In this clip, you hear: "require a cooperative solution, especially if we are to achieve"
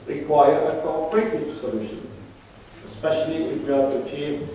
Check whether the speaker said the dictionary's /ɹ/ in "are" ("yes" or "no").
no